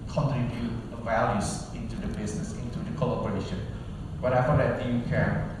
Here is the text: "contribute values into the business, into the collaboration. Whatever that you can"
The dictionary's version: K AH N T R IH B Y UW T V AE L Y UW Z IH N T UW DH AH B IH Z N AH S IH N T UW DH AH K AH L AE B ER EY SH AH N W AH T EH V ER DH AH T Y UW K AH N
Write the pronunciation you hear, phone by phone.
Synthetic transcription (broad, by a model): K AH N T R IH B Y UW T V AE L Y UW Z IH N T UW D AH B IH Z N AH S IH N T UW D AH K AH L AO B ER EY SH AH N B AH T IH F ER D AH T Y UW K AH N